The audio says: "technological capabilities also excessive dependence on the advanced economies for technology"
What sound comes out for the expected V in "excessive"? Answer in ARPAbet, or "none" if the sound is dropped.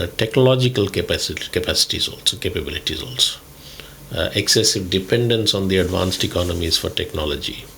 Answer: V